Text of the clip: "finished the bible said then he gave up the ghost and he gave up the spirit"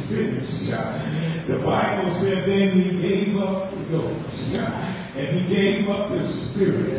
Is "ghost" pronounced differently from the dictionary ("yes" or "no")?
yes